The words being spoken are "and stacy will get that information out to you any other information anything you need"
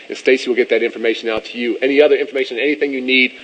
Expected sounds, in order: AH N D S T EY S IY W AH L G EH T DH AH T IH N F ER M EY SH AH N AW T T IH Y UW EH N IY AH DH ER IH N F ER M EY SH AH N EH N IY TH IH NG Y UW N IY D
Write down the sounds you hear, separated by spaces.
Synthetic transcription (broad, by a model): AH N S T EY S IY W AH L G EH T DH AH T IH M F ER M EY SH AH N AW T T IH Y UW EH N IY AH DH ER IH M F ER M EY SH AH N EH N IY TH IH NG Y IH N IY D